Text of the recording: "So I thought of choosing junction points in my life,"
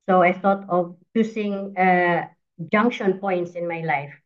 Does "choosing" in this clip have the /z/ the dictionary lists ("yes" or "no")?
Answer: no